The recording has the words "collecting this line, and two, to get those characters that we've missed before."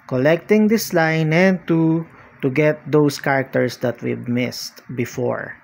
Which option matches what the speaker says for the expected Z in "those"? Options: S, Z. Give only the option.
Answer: S